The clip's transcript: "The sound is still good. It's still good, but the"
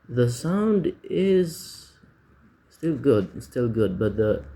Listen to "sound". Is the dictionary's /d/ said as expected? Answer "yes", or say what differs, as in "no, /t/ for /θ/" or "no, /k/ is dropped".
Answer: yes